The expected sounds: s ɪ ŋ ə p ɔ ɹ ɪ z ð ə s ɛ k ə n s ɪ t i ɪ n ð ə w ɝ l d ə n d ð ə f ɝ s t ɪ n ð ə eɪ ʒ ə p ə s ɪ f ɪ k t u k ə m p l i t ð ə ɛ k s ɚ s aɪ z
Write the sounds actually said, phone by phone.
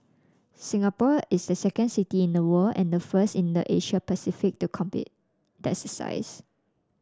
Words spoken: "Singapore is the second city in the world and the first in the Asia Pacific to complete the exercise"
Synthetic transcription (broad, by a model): s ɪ ŋ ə p ɔ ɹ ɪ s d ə s ɛ k ə n s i t i ɪ n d ə w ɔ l ə n d ə f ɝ s t ɪ n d ə eɪ ʃ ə p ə s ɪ f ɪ k t u k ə m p i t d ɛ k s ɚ s aɪ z